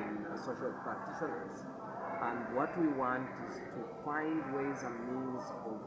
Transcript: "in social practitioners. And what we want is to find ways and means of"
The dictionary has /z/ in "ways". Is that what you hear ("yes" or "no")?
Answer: yes